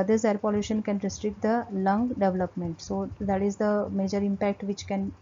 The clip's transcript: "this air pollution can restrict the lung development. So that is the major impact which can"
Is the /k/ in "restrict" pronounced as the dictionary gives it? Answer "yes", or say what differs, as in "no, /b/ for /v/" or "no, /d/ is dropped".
yes